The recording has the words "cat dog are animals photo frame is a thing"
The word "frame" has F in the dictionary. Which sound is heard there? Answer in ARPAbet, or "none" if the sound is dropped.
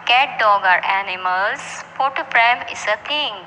P